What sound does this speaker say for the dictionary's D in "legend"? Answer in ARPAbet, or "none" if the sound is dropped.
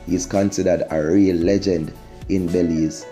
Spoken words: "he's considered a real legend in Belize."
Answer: D